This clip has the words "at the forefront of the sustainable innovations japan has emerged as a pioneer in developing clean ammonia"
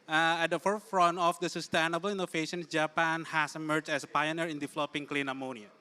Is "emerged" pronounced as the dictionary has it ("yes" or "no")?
no